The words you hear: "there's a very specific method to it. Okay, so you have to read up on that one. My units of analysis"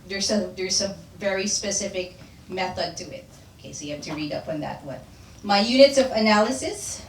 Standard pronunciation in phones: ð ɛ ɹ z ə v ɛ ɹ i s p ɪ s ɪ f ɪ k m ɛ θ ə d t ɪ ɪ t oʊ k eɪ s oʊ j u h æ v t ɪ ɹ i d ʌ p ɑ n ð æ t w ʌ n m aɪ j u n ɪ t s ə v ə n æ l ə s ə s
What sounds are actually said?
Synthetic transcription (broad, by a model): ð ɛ ɹ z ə v ɛ ɹ i s p ɪ s ɪ f ɪ k m ɛ θ ə d t ɪ ɪ t oʊ k eɪ s oʊ j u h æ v t ɪ ɹ i d ʌ p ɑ n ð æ t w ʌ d m aɪ j u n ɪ t s ə v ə n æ l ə s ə s